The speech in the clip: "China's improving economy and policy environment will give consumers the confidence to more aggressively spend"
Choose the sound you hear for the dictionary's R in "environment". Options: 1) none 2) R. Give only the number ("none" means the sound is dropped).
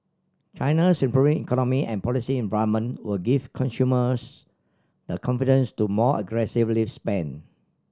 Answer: 1